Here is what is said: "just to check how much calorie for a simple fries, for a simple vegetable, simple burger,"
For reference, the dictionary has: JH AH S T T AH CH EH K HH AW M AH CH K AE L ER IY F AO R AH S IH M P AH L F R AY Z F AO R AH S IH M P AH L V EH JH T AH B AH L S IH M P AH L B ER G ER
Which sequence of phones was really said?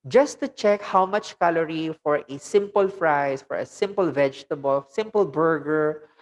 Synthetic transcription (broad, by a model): JH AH S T T AH CH EH K HH AW M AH CH K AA L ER IY F AO R AH S IH M P AH L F R AY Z F AO R AH S IH M P AH L V EH JH T AH B AH L S IH M P AH L B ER G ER